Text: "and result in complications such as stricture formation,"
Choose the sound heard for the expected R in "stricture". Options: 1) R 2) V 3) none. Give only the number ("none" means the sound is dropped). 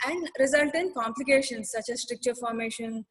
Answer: 1